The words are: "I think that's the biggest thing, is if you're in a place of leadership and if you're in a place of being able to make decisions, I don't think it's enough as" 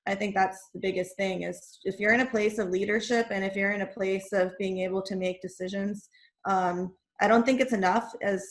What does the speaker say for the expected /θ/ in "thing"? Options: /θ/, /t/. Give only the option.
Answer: /θ/